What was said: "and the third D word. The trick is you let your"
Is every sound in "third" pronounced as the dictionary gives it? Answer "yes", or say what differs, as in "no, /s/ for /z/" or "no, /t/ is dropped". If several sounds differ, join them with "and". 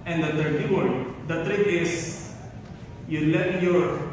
no, /t/ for /θ/